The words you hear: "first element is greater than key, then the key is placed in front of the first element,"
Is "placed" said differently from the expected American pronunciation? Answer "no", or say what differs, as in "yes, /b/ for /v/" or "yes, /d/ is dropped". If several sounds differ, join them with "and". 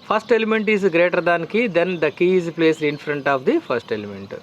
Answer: yes, /t/ is dropped